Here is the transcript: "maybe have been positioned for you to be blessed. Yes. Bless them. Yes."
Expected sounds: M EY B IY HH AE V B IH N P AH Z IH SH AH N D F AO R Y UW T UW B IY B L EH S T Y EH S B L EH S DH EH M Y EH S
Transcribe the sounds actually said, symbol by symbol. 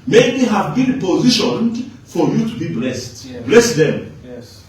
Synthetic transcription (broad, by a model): M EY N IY HH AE V B IH N P AH Z IH SH AH N D F AO R Y UW T UW B IY B L EH S T B L EH S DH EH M